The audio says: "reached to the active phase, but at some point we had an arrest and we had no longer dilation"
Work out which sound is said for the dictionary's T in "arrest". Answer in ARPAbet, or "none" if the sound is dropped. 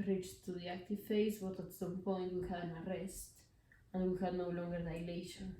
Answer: T